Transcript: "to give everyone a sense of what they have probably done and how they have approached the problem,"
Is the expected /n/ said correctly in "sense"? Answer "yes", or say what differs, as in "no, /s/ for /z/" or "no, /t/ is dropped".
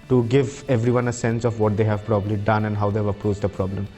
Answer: yes